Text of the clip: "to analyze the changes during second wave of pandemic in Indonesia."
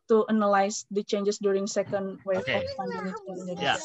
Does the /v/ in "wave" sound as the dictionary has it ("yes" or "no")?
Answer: no